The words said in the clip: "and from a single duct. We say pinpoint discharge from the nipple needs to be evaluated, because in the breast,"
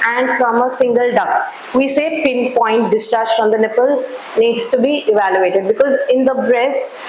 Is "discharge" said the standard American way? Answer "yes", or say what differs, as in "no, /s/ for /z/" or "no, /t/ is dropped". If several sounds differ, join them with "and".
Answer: yes